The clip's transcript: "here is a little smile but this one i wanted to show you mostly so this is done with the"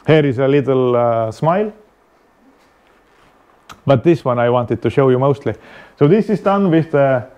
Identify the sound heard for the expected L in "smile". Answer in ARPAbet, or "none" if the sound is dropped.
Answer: L